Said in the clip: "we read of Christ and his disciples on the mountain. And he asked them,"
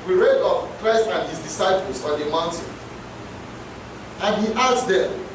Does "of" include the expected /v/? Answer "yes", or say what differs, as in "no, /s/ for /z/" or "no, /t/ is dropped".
no, /p/ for /v/